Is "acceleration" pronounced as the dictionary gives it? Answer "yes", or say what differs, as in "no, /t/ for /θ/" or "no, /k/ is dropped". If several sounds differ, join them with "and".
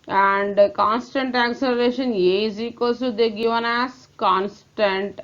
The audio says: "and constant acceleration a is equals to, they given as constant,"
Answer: yes